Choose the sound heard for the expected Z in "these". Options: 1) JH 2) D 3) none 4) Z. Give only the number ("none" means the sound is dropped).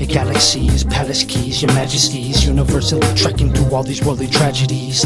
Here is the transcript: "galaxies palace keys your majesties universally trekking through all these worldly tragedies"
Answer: 4